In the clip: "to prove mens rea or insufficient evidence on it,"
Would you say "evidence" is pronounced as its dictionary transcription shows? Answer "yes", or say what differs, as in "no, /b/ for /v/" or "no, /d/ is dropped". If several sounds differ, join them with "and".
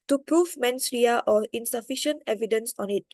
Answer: yes